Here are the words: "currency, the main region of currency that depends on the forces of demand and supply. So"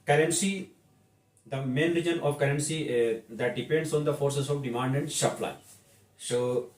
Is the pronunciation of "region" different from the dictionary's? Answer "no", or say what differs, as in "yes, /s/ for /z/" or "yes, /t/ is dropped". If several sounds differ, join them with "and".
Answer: no